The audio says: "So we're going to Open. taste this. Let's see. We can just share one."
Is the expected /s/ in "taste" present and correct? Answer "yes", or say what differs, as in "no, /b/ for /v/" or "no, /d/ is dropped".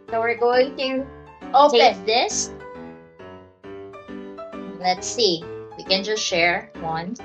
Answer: no, /s/ is dropped